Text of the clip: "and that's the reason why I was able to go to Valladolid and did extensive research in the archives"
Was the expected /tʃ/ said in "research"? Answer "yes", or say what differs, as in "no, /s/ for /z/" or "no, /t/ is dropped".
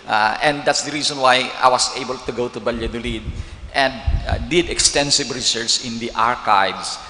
no, /s/ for /tʃ/